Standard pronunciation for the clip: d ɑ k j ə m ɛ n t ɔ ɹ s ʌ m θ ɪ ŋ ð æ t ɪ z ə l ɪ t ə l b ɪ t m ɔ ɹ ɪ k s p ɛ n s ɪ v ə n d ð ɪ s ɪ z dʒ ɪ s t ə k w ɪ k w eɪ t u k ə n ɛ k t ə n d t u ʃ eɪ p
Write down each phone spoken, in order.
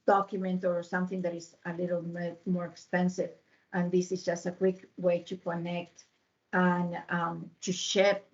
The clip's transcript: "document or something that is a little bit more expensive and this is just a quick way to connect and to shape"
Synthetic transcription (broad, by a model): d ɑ k j m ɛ n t ɔ ɹ s ʌ m θ ɪ ŋ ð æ t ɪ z ə l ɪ t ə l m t m ɔ ɹ ɪ k s p ɛ n s ɪ v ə n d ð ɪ s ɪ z dʒ ɪ s t ə k w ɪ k w eɪ t u k ə n ɛ k t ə n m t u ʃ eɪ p